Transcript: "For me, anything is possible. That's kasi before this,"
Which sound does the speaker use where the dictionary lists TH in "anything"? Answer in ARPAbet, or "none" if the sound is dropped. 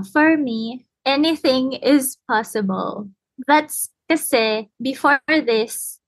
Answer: TH